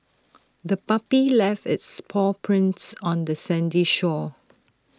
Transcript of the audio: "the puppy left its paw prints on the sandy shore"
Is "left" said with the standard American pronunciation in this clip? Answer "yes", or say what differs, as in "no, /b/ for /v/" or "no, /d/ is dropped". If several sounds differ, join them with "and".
yes